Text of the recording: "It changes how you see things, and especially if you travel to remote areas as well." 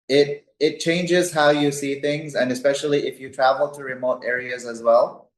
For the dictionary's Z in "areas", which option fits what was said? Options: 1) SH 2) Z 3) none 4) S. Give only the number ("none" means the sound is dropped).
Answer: 2